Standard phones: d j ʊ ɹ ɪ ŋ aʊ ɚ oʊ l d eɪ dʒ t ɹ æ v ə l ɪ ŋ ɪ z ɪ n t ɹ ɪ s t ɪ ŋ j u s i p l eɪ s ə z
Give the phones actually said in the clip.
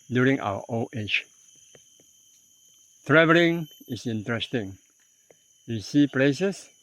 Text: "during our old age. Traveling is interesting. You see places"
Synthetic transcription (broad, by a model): d j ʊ ɹ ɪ ŋ aʊ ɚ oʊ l eɪ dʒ t ɹ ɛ v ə l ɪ ŋ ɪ s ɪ n t ɹ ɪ s t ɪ ŋ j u s i p l eɪ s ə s